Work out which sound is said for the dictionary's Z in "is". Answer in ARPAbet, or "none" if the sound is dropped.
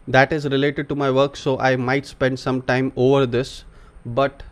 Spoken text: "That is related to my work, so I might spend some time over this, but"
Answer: Z